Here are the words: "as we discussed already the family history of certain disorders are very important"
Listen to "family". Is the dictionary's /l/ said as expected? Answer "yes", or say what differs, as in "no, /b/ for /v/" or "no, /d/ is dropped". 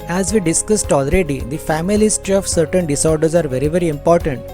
no, /l/ is dropped